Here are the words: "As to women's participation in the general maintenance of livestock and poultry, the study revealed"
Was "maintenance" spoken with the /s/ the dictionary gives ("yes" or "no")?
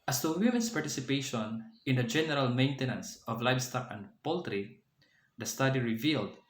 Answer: yes